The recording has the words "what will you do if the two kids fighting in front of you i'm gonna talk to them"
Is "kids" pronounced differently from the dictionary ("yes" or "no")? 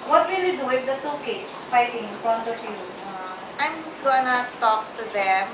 yes